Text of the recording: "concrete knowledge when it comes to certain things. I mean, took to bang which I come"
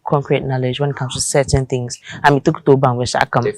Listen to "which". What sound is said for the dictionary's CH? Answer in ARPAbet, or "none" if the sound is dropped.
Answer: SH